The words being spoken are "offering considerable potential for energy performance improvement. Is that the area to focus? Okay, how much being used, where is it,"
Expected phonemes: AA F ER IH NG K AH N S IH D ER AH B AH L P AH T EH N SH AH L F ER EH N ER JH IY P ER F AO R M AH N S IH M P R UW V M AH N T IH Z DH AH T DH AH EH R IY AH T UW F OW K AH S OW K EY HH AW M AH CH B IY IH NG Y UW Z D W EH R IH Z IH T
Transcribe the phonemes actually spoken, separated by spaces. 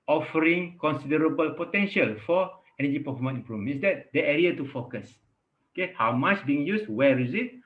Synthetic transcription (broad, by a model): AA F ER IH NG K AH N S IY D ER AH B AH L P AH T EH N SH AH L F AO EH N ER JH IY P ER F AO M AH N IH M P R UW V AH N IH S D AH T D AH EH R IY AH T UW F OW K AH S OW K EY HH AW M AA CH B IY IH NG Y UW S W EH R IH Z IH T